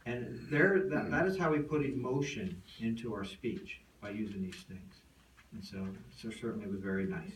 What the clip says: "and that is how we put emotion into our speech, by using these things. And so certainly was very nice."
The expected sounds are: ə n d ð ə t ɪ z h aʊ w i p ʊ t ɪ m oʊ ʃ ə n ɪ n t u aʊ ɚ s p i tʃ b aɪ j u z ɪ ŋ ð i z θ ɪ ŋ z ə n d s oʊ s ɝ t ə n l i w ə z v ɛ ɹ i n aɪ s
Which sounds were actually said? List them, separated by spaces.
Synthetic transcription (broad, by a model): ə n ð ð ə t ɪ z h aʊ w i p ʊ t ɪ m oʊ ʃ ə n ɪ n t u aʊ ɚ s p i tʃ b aɪ j u z ɪ ŋ ð i z θ ɪ ŋ z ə n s s oʊ s ɝ t n l i w ə z v ɛ ɹ i n aɪ s